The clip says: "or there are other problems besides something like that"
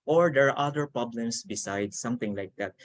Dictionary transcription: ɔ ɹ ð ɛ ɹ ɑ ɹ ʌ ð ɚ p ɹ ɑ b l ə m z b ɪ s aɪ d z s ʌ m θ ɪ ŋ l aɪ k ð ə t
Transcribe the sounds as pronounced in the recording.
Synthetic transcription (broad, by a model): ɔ ɹ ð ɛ ɹ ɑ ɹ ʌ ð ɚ p ɹ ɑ b l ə m s b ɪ s aɪ d s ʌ m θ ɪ ŋ l aɪ k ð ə t